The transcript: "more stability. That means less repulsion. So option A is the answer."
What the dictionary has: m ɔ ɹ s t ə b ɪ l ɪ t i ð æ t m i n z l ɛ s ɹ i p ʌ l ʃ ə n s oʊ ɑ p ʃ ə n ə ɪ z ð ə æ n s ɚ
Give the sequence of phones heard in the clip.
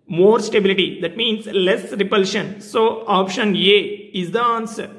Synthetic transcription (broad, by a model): m ɔ ɹ s t ə b ɪ l ɪ t i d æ t m i n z l ɛ s ɹ i p ʌ l ʃ ə n s oʊ ɑ p ʃ ə n ə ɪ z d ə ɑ n s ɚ